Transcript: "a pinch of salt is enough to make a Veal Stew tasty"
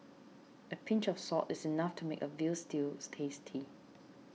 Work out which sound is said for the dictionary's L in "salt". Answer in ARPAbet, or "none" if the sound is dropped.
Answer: none